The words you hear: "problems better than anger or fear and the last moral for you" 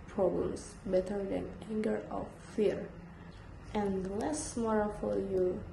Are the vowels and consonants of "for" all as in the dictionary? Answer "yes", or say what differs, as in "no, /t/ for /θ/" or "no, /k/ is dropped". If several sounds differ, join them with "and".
no, /l/ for /ɹ/